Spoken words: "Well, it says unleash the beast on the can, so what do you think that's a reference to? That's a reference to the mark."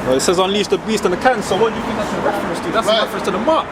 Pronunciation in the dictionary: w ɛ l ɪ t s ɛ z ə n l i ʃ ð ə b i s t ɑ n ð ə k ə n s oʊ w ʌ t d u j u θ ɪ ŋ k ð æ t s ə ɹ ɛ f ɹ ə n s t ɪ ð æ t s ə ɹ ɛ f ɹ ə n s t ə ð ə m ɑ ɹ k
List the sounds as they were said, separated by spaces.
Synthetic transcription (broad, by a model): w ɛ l ɪ t s ɛ z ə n l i s ð ə b i s t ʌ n ð ə k ə n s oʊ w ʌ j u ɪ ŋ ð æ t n ə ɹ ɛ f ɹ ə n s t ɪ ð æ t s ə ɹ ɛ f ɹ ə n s t ə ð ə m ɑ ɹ